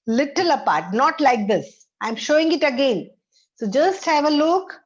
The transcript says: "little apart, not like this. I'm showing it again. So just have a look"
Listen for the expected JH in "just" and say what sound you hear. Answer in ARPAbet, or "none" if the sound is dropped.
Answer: JH